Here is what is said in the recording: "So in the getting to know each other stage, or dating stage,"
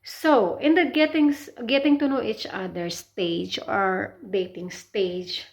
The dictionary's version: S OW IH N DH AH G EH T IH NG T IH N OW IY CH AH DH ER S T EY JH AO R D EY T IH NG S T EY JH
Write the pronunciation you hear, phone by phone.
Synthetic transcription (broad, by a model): S OW IH N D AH G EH T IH NG T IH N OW IY CH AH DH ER S T EY JH AO R D EY T IH NG S T EY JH